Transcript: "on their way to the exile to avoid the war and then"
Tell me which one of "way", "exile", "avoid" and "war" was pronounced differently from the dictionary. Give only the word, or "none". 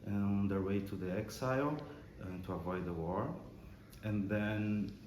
none